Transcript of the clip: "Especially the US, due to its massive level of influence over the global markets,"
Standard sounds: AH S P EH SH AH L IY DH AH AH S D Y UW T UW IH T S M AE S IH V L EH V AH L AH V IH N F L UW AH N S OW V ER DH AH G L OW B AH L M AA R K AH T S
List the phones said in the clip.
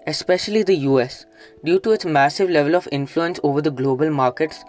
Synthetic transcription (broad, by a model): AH S P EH SH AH L IY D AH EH S D Y UW T UW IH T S M AE S IH V L EH V AH L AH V IH N F L UW AH N S OW V ER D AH G L OW B AH L M AA R K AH T S